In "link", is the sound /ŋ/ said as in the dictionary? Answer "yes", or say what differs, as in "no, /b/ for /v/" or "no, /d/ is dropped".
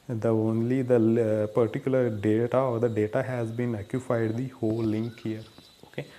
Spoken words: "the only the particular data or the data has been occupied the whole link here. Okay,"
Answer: yes